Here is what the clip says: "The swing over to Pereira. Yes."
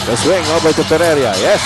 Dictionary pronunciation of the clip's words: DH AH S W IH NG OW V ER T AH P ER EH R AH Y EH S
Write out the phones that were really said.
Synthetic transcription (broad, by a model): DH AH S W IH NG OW B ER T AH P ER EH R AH Y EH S